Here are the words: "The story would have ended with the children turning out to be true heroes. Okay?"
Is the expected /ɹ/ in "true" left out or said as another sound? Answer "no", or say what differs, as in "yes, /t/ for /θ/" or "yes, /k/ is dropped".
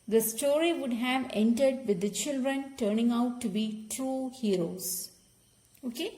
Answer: yes, /ɹ/ is dropped